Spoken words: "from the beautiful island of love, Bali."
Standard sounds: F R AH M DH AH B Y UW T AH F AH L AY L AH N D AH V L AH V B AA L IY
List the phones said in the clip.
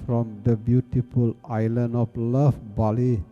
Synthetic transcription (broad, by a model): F R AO M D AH B Y UW T AH F AH L AY L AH N AH F L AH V B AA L IY